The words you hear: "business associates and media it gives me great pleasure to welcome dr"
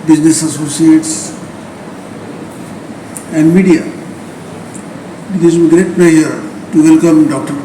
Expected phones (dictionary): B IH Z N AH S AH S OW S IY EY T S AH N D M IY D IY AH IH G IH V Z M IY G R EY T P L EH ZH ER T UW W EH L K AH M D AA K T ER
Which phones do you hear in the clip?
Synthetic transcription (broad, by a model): B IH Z N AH S AH S OW S IY EY T S AH N D M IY D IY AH IH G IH Z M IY G R EY T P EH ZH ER T UW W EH L K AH M D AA K T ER